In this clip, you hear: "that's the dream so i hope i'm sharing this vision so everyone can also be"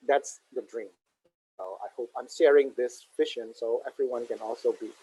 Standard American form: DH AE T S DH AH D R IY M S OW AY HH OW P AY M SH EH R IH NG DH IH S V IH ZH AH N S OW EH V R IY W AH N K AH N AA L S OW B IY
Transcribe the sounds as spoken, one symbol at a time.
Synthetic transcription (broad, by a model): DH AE T S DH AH D R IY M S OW AY HH OW P AY M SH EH R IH NG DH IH S F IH SH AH N S OW EH V R IY W AH N K AH N AA L S OW B IY